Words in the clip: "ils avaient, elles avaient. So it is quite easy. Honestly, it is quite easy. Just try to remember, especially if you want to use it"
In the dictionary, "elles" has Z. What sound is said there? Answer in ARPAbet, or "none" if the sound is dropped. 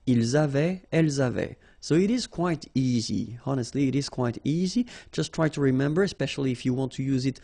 Z